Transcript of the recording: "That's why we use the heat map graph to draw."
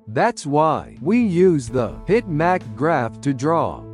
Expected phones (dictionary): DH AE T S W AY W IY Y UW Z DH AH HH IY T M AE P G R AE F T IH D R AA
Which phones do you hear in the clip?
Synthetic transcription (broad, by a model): DH AE T S W AY W IY Y UW Z DH AH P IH T M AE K G R AE F T IH D R AA